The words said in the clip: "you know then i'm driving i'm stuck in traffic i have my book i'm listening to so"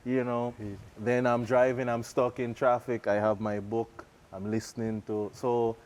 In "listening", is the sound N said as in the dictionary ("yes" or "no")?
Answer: yes